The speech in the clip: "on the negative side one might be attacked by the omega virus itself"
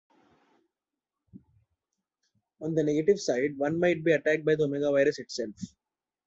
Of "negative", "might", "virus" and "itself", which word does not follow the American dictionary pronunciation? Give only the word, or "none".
none